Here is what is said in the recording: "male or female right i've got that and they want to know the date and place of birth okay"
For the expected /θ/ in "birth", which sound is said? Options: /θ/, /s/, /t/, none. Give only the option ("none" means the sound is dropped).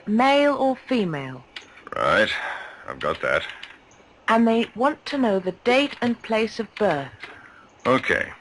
/θ/